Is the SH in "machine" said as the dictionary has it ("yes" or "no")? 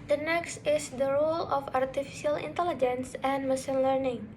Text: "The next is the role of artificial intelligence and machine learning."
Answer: no